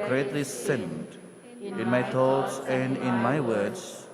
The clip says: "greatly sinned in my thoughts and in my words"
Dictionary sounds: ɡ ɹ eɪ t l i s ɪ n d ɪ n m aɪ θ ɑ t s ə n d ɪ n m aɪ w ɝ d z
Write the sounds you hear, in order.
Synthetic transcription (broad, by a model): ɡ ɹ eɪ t l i s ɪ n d ɪ n m aɪ t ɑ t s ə n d ɪ n m aɪ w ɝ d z